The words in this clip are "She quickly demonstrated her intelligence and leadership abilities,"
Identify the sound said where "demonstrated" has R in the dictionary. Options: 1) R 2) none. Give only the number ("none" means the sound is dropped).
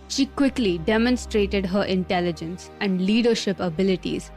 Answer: 1